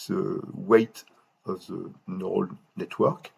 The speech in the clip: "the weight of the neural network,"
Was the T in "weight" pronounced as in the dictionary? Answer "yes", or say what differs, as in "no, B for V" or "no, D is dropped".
yes